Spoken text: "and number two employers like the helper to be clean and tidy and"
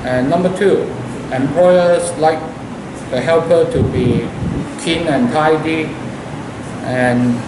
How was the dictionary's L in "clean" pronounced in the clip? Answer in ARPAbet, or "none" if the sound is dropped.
none